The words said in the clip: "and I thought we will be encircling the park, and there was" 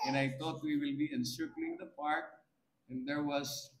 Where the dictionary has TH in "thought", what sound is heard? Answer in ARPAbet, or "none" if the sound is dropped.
T